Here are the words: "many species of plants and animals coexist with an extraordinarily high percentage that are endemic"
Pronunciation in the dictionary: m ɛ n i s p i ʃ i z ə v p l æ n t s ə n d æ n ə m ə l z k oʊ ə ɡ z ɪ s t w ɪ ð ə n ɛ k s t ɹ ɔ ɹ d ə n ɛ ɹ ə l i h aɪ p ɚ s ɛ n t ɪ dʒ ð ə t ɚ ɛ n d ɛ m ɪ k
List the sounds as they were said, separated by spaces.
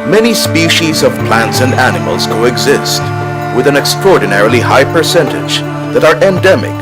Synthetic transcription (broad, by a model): m ɛ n i s p i ʃ i z ə v p l æ n t s ə n d æ n ə m ə l z k oʊ ə ɡ z ɪ s t w ɪ ð ə n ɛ k s t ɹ ɔ ɹ d n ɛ ɹ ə l i h aɪ p ɚ s ɛ n t ɪ dʒ ð ə t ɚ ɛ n d ɛ m ɪ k